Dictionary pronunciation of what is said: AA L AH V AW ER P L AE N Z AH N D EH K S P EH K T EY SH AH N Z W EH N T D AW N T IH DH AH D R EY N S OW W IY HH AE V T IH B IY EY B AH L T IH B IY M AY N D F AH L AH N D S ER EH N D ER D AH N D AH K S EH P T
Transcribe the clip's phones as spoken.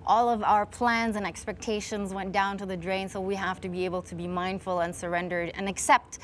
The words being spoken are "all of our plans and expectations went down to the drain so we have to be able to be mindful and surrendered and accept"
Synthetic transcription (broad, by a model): AA L AH V AW ER P L AE N Z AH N EH K S P EH K T EY SH AH N Z W EH N D AW N T IH DH AH D R EY N S OW W IY HH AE F T IH B IY EY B L T IH B IY M AY N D F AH L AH N S ER EH N D ER D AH N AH K S EH P T